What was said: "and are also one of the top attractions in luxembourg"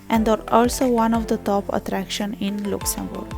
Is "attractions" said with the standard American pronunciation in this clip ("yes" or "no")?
no